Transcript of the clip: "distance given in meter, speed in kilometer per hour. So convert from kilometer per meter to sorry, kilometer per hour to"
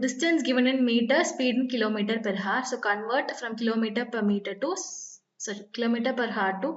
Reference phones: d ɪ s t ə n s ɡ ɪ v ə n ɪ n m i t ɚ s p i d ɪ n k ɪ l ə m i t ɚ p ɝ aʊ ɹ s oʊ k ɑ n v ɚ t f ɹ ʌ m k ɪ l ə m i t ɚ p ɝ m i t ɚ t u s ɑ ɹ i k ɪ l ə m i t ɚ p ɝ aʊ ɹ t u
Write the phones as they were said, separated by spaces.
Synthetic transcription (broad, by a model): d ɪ s t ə n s ɡ ɪ v ə n ɪ n m i t ɚ s p i d ɪ n k ɪ l ə m i t ɚ p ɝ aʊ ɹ s oʊ k ɑ n v ɚ t f ɹ ʌ m k ɪ l ə m i t ɚ p ɝ m i t ɚ t u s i k ɪ l ə m i t ɚ p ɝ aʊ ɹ t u